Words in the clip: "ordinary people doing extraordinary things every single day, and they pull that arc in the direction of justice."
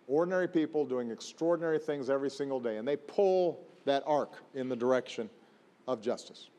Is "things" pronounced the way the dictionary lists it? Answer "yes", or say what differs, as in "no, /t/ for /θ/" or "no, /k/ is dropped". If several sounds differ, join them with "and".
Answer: yes